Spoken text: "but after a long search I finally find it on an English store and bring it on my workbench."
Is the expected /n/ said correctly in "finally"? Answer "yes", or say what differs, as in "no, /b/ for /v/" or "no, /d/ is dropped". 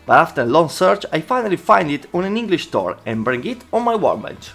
yes